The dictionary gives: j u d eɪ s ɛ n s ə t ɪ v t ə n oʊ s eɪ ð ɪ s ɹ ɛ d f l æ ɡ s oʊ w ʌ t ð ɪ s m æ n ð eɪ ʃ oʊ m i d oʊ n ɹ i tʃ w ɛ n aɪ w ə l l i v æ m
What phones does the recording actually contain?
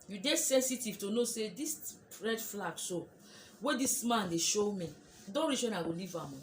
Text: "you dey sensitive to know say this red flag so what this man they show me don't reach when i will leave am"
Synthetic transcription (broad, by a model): j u d eɪ s ɛ n s ə t ɪ v t ə n oʊ s eɪ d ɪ s ɹ ɛ d f l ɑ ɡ s oʊ w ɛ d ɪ s m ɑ n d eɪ ʃ oʊ m i d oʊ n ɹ i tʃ w ɛ n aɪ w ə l l i v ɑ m